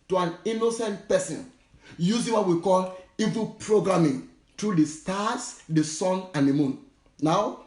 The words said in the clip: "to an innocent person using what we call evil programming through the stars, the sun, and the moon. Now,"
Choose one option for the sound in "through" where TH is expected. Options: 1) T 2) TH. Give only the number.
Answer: 1